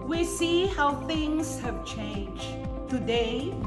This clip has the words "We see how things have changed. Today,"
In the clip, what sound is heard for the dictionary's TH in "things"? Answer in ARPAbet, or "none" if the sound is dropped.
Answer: TH